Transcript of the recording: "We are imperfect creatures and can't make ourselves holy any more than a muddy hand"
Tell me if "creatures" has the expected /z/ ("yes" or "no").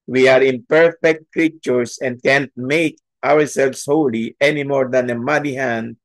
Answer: no